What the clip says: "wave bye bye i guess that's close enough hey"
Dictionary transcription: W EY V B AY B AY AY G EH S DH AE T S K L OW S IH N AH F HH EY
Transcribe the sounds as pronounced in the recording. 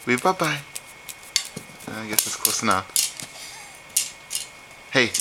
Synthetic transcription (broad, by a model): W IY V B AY B AY AY G EH S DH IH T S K OW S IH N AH P HH EY